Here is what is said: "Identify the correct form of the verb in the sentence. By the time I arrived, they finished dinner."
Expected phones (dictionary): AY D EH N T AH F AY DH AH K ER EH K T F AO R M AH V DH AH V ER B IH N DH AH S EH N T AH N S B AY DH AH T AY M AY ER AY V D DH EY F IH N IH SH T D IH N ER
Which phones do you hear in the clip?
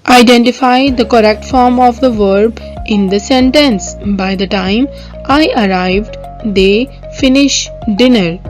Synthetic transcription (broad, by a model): AY D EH N T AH F AY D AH K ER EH K T F AO R M AH V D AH V ER B IH N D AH S EH N T AH N S B AY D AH T AY M AY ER AY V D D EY F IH N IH SH D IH N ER